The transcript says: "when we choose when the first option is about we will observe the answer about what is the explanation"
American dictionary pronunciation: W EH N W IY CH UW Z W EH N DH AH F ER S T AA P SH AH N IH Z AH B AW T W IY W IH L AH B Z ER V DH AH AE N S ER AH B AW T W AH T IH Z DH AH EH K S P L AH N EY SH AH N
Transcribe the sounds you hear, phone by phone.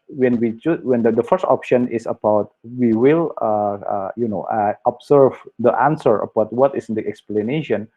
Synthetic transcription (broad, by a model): W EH N W IY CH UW W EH N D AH F ER S T AA P SH AH N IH S AH B AW T W IY W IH L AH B S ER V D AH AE N S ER AH B AW T W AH T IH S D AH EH K S P L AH N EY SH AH N